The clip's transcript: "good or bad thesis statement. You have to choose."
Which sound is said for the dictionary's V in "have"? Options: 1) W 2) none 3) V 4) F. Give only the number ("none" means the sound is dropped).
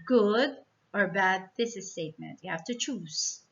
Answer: 4